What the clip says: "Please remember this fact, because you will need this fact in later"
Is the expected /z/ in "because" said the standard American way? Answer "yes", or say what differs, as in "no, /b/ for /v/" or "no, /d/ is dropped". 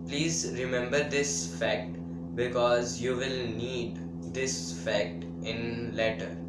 yes